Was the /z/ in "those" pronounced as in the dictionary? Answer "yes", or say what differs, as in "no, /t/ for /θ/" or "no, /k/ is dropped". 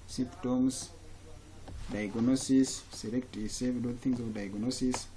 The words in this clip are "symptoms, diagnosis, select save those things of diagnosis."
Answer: no, /z/ is dropped